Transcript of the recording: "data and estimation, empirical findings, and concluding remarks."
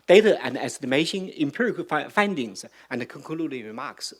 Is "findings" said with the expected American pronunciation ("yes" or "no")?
yes